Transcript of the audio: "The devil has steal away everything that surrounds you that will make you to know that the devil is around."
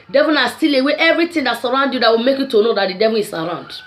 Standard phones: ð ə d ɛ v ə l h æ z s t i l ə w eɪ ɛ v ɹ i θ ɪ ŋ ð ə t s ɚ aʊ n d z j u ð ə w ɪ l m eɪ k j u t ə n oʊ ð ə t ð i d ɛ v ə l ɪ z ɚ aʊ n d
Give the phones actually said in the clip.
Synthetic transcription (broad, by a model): d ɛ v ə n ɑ s t i l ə w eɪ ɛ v ɹ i t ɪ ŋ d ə t s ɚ aʊ n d j u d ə w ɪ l m eɪ k j u t ə n oʊ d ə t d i d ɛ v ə n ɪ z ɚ aʊ n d